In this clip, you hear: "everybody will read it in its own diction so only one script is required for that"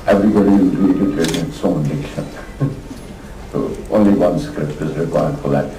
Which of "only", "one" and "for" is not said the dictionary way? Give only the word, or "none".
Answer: for